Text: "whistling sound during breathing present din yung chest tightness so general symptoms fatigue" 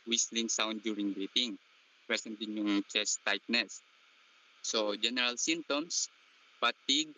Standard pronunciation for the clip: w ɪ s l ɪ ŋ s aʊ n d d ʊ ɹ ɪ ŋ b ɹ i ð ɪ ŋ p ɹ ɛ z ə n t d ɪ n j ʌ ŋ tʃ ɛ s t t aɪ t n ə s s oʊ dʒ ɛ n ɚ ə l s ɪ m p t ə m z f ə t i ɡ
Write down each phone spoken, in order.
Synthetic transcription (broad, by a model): w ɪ s l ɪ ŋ s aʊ n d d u ɹ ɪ ŋ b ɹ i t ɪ ŋ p ɹ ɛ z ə n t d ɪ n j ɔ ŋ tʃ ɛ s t t aɪ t n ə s s oʊ dʒ ɛ n ɚ ə l s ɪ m t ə m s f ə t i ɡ